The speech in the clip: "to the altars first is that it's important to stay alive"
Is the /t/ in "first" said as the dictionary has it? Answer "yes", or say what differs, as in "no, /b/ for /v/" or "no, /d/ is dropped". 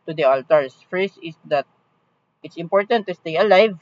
no, /t/ is dropped